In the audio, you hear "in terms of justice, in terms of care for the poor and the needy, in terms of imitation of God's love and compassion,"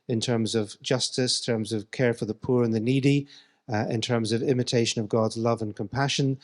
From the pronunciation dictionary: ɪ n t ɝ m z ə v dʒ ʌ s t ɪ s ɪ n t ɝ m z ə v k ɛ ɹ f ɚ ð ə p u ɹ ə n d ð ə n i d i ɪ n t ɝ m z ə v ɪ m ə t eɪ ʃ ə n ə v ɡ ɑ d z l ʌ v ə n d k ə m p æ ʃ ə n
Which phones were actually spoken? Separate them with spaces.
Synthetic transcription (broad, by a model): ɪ n t ɝ m z ə v dʒ ʌ s t ɪ s t ɝ m z ə v k ɛ ɹ f ɚ ð ə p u ɹ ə n ð ə n i d i ɪ n t ɝ m z ə v ɪ m ə t eɪ ʃ ə n ə v ɡ ɑ d z l ʌ v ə n k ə m p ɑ ʃ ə n